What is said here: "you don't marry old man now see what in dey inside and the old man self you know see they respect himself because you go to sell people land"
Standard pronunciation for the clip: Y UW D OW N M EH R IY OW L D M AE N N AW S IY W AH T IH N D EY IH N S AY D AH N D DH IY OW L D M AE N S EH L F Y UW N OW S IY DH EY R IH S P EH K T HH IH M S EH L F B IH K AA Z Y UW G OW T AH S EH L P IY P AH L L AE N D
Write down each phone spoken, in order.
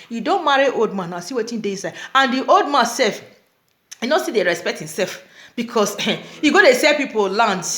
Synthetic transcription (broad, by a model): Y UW D OW N M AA R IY OW L D M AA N N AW S IY W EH T IH N D EY IH N S AY D AH N D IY OW L D M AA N S EH L F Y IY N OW S IY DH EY R IH S P EH K T HH IH M S EH L F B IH K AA S Y UW G OW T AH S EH P IY P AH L L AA N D